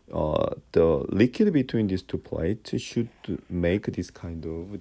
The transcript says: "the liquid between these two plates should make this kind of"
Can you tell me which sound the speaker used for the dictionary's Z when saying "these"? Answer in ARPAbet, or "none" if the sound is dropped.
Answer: S